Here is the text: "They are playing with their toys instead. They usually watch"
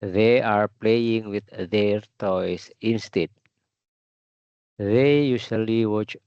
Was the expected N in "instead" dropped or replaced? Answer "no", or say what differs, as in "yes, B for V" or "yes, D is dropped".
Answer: no